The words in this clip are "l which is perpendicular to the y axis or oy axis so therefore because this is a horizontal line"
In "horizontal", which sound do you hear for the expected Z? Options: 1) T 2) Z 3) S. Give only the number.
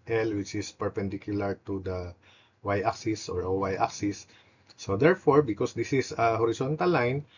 3